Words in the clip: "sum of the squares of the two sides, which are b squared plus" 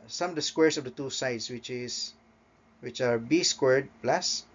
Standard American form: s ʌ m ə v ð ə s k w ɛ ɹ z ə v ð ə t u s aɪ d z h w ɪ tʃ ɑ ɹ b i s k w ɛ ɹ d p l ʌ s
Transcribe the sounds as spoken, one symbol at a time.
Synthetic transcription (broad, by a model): s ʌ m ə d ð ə s k w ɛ ɹ s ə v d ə t u s aɪ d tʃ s w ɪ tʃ ɑ ɹ b i s k w ɛ ɹ d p l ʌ s